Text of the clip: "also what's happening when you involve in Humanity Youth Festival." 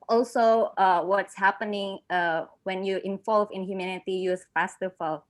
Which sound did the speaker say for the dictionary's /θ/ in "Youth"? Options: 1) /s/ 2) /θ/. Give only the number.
1